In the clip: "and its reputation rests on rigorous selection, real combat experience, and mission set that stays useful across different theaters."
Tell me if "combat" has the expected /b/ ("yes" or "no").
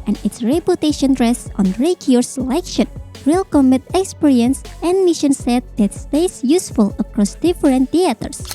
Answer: no